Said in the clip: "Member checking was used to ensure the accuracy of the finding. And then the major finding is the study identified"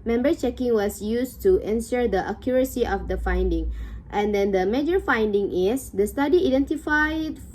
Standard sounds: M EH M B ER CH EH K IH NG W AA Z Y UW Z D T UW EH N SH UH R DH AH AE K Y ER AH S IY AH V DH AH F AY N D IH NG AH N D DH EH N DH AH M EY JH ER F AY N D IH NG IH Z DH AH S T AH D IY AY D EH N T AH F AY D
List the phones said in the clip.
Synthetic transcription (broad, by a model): M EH M B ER CH EH K IH NG W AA S Y UW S T UW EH N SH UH R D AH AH K Y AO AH S IY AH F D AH F AY N D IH NG AH N D EH N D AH M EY JH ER F AY N D IH NG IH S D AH S T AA D IY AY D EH N T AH F AY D